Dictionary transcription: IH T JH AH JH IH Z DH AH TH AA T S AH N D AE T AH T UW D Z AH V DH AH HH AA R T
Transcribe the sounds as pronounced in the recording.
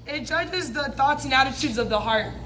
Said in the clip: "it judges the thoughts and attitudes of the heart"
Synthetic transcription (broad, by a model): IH T JH AH JH IH Z DH AH TH AA T S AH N AE T AH T UW D Z AH V DH AH HH AA R T